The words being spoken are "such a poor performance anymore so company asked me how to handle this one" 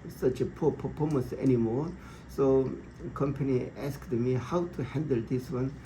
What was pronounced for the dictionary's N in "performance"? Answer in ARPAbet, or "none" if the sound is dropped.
none